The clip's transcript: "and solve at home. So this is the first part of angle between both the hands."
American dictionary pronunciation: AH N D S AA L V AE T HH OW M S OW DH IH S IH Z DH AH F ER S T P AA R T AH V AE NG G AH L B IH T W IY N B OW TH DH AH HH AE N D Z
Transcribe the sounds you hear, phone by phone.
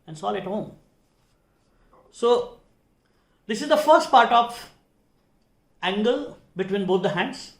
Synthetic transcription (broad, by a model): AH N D S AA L AE T HH OW M S OW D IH S IH Z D AH F ER S T P AA R T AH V AE NG G AH L B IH T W IY N B OW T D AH HH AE N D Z